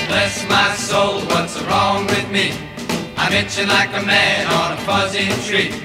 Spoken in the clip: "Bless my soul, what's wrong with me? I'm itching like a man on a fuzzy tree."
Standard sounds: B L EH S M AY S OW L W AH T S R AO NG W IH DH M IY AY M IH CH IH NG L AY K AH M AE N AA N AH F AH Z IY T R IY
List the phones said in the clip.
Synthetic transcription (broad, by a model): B L EH S M AY S OW L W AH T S R AO NG W IH DH M IY AY M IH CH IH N L AY K AH M AE N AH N AH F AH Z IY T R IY